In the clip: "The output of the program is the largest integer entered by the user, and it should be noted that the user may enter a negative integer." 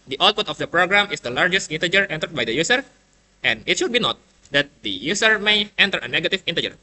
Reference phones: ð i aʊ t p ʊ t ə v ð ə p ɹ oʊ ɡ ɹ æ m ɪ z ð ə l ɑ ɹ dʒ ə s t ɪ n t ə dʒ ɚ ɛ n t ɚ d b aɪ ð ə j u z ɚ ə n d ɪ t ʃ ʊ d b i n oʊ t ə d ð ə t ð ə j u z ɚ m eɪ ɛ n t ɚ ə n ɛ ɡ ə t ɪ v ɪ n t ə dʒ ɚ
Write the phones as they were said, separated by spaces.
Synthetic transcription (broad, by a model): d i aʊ t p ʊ t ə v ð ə p ɹ oʊ ɡ ɹ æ m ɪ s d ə l ɑ ɹ dʒ ə s t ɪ n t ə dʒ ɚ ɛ n t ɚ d b aɪ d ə j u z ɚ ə n ɪ t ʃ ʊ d b i n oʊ t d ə t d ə j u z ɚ m eɪ ɛ n t ɚ ə n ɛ ɡ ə t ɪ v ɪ n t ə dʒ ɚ